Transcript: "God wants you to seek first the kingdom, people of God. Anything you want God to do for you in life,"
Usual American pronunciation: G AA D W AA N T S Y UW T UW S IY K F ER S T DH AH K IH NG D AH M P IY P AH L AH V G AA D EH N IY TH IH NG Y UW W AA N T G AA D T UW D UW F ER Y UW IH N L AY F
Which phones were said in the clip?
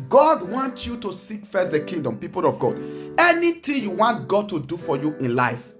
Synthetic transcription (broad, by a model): G AA D W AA N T Y UW T UW S IY K F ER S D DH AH K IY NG D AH M P IY P AH L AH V G AA D EH N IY T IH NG Y UW W AA N T G AA D T UW D UW F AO Y UW IH N L AY F